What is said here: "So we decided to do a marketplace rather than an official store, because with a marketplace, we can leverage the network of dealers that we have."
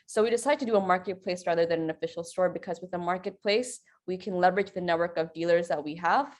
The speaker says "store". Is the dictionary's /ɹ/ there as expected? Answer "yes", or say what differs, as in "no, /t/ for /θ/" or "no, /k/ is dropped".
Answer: yes